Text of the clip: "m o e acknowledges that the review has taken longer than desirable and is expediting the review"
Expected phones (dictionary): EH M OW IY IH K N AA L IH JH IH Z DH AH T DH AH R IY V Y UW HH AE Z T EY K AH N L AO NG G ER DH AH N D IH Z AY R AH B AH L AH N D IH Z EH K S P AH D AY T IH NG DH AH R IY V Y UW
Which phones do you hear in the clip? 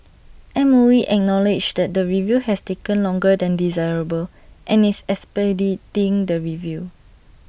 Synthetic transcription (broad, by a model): EH M OW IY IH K N AA L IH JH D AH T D AH R IY V Y UW HH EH S T EY K AH N L AO NG G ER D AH N D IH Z AY R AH B AH L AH N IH S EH S P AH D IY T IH NG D AH R IY V Y UW